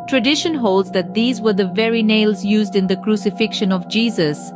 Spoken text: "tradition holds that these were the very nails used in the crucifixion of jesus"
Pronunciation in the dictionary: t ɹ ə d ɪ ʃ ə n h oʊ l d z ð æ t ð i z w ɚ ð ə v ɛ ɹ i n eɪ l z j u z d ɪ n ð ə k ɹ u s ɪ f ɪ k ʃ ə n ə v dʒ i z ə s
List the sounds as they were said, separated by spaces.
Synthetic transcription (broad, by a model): t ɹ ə d ɪ ʃ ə n h oʊ l d z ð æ t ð i z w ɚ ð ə v ɛ ɹ i n eɪ l z j u z d ɪ n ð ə k ɹ u s ɪ f ɪ k ʃ ə n ə v dʒ i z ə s